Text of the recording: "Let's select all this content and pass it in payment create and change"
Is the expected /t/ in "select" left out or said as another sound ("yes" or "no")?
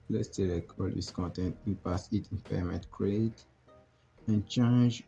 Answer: yes